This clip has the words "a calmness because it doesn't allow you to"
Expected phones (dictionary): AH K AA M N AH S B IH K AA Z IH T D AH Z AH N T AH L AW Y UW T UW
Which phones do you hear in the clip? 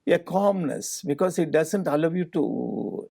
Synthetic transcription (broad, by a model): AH K AA M N AH S B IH K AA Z IH T D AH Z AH N T AH L AW Y UW T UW